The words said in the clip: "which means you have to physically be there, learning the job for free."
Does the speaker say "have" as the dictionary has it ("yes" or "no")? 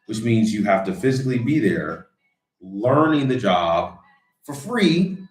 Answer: no